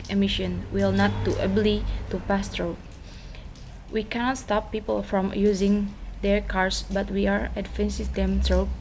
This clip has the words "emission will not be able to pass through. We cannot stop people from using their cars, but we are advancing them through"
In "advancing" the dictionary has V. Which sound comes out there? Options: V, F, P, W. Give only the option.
F